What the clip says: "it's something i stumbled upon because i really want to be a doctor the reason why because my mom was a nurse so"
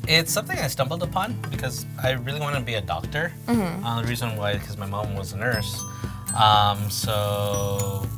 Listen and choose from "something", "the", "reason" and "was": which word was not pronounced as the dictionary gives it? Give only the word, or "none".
none